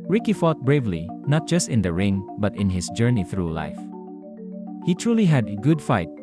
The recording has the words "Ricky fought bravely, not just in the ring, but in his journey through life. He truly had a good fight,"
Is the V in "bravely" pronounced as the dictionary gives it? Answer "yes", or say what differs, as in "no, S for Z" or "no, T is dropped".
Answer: yes